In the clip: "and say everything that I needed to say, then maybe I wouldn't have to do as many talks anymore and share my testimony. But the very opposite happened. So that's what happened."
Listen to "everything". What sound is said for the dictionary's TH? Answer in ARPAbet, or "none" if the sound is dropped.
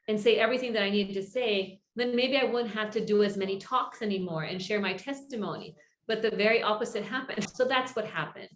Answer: TH